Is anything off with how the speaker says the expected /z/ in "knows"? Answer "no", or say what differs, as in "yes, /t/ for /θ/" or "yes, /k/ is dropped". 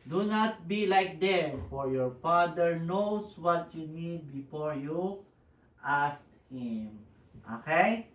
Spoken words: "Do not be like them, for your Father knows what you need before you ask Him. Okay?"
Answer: yes, /s/ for /z/